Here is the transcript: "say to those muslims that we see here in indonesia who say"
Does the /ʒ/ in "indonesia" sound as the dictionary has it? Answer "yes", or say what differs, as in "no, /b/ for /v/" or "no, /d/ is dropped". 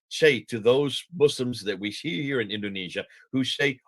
yes